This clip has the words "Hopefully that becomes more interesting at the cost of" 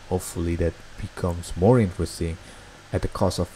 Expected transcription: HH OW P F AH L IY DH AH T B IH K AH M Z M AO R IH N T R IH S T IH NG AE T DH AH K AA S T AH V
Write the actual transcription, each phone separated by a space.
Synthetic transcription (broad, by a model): HH OW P F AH L IY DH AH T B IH K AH M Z M AO R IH N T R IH S T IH NG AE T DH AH K AA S AH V